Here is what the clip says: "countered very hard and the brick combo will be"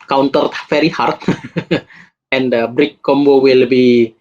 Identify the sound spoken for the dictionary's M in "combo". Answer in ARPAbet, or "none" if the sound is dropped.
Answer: M